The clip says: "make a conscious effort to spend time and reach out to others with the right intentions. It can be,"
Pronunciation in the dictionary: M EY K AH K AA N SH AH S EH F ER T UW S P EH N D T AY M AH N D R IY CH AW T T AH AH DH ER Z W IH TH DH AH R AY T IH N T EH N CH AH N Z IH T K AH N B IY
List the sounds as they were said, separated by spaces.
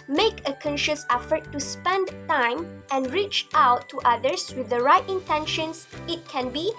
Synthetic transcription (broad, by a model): M EY K AH K AA N SH AH S EH F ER T UW S P EH N D T AY M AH N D R IY CH AW T T AH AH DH ER S W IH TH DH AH R AY T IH N T EH N SH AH N S IH T K AH N B IY